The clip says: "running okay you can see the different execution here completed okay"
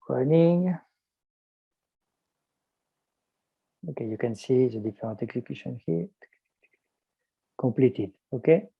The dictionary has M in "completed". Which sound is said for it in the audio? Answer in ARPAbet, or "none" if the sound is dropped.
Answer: none